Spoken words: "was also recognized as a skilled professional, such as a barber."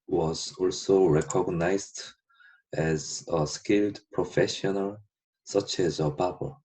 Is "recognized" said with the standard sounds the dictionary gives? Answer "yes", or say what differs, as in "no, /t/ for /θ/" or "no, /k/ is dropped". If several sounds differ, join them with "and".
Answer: yes